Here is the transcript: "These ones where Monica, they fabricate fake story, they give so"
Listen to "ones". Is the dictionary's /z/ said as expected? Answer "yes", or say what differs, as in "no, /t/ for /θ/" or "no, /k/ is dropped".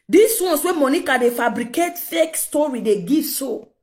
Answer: no, /s/ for /z/